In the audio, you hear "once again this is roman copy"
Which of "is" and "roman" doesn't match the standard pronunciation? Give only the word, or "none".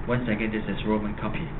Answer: is